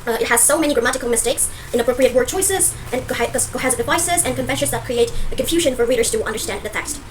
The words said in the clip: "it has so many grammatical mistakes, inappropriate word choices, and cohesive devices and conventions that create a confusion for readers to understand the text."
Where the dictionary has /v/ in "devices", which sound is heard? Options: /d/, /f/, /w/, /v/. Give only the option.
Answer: /v/